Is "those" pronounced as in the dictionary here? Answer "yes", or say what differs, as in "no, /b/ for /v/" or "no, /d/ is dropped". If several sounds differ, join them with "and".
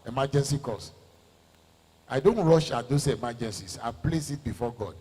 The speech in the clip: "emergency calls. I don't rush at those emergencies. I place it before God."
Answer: no, /s/ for /z/